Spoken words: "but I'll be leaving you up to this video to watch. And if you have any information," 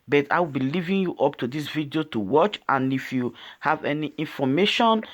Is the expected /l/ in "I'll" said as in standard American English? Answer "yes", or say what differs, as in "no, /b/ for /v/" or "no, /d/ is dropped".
no, /w/ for /l/